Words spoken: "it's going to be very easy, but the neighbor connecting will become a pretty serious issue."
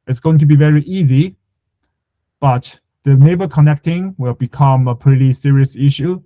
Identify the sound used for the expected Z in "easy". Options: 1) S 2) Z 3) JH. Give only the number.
2